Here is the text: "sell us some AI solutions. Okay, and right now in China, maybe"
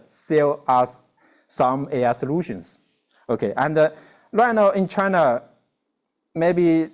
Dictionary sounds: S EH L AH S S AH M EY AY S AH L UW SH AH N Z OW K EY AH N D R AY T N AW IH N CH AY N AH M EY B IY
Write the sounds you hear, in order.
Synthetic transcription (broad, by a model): S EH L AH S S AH M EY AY S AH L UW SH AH N S OW K EY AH N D L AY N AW IH N CH AY N AH M EY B IY